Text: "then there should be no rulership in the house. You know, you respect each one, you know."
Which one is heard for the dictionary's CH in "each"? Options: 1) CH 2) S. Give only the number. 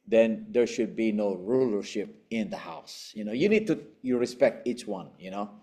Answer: 1